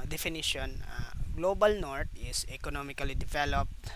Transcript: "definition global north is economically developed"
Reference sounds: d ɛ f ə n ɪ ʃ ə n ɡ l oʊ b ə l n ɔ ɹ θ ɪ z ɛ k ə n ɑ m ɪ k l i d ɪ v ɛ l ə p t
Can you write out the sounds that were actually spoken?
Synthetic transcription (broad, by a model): d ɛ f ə n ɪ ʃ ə n ɡ l oʊ b ə l n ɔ ɹ t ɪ s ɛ k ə n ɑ m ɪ k l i d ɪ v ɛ l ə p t